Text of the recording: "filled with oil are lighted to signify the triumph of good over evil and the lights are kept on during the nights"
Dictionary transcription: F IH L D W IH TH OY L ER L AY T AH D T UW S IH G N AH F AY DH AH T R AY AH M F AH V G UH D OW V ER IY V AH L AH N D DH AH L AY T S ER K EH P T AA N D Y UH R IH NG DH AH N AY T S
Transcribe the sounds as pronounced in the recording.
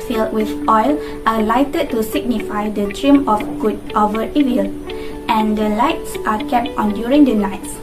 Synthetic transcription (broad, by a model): F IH L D W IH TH OY L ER L AY T AH D T UW S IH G N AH F AY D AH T R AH M AH F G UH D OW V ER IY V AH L AH N D AH L AY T S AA K EH P T AA N D Y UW R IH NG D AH N AY T S